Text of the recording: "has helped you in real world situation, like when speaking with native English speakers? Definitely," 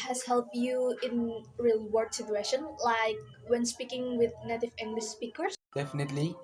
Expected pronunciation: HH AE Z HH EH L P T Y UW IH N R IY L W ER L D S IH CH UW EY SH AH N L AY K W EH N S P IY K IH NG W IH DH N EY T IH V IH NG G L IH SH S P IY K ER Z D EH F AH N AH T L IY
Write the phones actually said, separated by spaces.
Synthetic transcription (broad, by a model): HH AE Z HH EH L P T Y UW IH N R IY L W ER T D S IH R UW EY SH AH N L AY K W EH N S P IY K IH NG W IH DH N EY T IH V IH NG G L IH SH S P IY K ER S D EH F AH N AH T L IY